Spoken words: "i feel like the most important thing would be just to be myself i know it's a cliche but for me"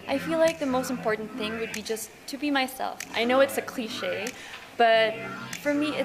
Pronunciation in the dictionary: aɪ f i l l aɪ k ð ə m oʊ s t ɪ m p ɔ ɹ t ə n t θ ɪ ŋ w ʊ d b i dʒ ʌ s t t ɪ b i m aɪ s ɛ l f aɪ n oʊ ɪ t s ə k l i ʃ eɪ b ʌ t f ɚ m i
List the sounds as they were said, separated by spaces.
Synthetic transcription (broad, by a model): aɪ f i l l aɪ k ð ə m oʊ s t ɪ m p ɔ ɹ t n θ ɪ ŋ w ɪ d b i dʒ ʌ s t t ɪ b i m aɪ s ɛ l f aɪ n oʊ ɪ t s ə k l i ʃ eɪ b ʌ t f ɚ m i